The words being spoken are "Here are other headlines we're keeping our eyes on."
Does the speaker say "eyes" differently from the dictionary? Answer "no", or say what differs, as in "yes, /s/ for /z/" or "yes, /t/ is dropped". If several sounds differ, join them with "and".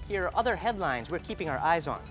no